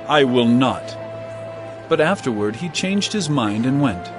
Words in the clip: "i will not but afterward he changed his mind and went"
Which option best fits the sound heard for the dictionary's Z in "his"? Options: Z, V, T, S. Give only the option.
Z